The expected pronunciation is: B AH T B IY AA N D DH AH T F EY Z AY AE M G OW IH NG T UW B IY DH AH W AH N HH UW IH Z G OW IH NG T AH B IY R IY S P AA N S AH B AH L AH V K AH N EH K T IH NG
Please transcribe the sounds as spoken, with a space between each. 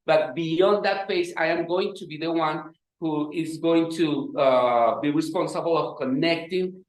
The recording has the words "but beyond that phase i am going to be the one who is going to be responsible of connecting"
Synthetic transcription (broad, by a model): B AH T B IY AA N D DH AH T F EY S AY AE M G OW IH NG T UW B IY DH AH W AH N HH UW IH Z G OW IH NG T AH B IY R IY S P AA N S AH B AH L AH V K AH N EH K T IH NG